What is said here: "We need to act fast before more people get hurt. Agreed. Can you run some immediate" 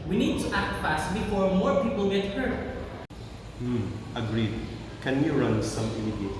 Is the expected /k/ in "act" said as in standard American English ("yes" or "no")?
yes